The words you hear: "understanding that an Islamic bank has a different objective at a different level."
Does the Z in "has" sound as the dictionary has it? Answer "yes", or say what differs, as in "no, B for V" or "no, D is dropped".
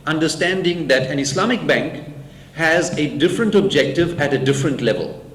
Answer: yes